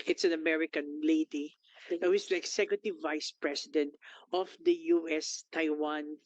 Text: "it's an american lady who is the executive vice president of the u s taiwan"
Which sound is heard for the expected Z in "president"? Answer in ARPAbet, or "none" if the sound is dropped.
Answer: S